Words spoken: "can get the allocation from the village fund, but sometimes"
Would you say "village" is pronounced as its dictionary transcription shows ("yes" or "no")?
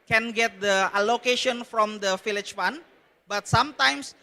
no